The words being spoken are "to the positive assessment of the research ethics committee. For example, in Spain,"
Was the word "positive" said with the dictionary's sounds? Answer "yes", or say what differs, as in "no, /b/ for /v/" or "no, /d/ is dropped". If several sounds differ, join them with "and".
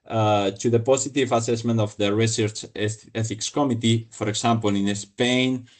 no, /s/ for /z/